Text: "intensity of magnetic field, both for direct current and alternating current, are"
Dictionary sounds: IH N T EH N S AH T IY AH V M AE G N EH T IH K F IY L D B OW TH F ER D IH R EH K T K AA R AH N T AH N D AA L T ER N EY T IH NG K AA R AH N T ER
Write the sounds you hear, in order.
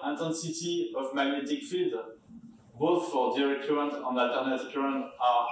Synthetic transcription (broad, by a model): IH N T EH N S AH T IY AH V M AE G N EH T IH K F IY D B OW TH F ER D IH R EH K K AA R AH N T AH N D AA L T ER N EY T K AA R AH N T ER